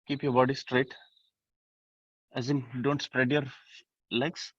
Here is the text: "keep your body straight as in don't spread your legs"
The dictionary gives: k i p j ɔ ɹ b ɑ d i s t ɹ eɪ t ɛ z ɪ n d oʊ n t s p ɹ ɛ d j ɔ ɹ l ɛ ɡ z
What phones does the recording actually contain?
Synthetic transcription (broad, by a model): k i p j ɔ ɹ b ɑ d i s t ɹ eɪ t ɛ z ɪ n d oʊ n t s p ɹ ɛ d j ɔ ɹ l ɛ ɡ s